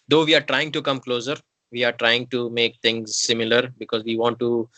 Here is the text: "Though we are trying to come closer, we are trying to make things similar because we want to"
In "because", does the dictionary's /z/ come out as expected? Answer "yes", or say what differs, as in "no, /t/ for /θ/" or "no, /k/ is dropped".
yes